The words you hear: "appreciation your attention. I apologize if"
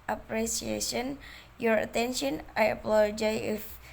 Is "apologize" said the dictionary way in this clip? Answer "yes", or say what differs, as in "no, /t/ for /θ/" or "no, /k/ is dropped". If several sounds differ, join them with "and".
no, /z/ is dropped